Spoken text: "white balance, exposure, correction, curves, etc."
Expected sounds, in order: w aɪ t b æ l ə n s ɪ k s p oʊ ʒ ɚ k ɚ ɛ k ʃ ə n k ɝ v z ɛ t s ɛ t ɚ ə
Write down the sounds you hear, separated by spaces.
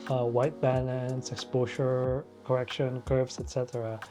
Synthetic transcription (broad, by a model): w aɪ t b æ l ə n s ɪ k s p oʊ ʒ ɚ k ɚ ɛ k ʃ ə n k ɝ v s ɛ t s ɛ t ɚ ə